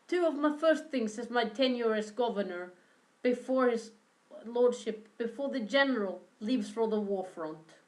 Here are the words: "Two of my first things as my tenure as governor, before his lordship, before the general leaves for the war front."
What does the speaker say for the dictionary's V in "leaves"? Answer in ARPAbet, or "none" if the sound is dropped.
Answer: V